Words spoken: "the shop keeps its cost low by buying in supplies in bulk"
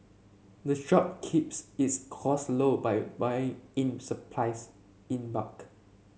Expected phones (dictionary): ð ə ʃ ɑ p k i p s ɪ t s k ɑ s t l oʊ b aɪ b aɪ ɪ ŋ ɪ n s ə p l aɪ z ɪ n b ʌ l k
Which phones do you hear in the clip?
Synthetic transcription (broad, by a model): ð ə ʃ ɑ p k i p s ɪ t s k ɑ s l oʊ b aɪ b aɪ ɪ ŋ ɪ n s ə p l aɪ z ɪ n b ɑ k